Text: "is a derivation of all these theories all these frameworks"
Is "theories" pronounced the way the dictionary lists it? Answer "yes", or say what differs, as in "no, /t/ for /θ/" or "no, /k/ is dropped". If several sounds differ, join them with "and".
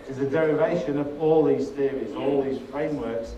no, /s/ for /θ/